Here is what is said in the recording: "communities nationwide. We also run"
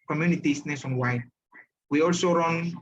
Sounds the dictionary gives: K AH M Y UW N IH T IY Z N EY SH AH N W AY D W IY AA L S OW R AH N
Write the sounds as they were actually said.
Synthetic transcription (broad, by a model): K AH M Y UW N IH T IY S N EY S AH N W AY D W IY AA L S OW R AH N